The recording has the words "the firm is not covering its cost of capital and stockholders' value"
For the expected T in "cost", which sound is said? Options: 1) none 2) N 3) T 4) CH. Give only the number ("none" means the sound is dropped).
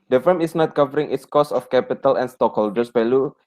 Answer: 1